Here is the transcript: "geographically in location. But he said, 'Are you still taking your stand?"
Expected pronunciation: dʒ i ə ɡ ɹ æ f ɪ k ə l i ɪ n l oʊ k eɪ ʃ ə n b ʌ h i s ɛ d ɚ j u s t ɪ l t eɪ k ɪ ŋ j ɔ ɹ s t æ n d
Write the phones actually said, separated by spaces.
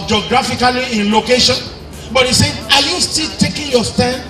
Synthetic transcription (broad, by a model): dʒ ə ɡ ɹ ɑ f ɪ k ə l i ɪ n l oʊ k eɪ ʃ ə n b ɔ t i s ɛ ɑ j u s t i l t eɪ k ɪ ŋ j ɔ s t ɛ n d